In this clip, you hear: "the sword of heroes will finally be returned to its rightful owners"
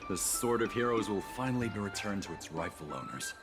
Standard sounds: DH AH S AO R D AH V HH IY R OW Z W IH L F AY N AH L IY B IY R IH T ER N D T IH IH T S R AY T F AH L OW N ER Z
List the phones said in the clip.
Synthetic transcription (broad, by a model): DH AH S AO R D AH V HH IY R OW Z W IH L F AY N L IY B IY R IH T ER N T IH IH T S R AY F L OW N ER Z